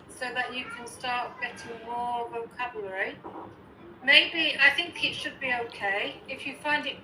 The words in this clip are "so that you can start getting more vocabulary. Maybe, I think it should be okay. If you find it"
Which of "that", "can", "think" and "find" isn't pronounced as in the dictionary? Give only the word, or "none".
none